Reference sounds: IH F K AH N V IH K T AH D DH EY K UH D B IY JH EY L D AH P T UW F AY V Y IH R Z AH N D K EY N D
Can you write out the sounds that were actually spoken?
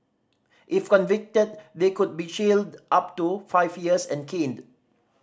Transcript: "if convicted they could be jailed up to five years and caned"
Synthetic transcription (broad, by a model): IH F K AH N V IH K T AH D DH EY K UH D B IY SH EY L D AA P T UW F AY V Y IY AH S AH N K EY N D